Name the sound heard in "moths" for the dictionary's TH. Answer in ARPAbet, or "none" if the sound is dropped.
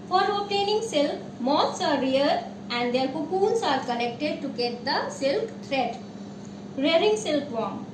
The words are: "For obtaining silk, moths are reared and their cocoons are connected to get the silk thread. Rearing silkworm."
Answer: T